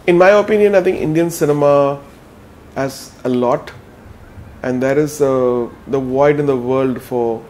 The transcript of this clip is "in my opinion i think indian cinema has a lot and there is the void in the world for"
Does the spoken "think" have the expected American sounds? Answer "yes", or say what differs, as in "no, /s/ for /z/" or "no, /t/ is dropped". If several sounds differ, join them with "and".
no, /t/ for /θ/